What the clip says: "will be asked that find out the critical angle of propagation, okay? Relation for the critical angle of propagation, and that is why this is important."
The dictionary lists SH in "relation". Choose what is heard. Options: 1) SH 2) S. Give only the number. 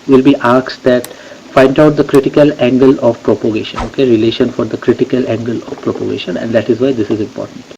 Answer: 1